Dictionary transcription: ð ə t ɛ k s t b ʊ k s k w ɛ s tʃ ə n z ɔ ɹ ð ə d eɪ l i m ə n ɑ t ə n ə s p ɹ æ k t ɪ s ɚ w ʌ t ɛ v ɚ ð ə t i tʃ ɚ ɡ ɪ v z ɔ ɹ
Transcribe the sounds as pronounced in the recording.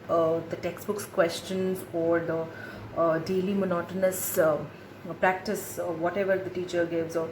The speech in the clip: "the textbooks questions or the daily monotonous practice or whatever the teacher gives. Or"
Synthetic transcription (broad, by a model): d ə t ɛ k s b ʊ k s k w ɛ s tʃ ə n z ɔ ɹ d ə d eɪ l i m ə n ɑ t ə n ə s p ɹ æ k t ɪ s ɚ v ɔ t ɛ v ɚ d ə t i tʃ ɚ ɡ ɪ v z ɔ ɹ